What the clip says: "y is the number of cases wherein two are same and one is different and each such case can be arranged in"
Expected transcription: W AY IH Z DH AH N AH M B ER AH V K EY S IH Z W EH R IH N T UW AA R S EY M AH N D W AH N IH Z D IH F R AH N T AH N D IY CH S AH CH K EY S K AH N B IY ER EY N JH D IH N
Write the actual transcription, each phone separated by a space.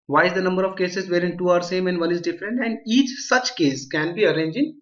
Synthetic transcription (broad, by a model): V AY IH Z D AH N AH M B ER AH V K EY S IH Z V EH R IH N T UW AA R S EY M AH N D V AH N IH Z D IH F R AH N T AH N D IY CH S AH CH K EY S K AH N B IY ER EY N JH IH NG